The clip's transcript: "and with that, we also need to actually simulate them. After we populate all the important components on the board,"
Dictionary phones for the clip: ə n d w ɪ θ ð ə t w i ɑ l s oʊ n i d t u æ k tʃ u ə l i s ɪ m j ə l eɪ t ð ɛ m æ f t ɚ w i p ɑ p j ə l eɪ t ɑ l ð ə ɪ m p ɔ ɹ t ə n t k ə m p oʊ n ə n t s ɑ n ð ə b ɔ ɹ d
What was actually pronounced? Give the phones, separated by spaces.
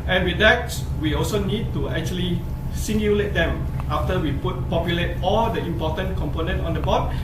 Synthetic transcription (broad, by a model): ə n w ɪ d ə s w i ɑ l s oʊ n i d t u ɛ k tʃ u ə l i s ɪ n j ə l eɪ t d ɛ m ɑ f t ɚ w i p ɑ p j ə l eɪ t ɑ l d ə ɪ m p ɔ t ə n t k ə m p oʊ n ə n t ɑ n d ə b ɔ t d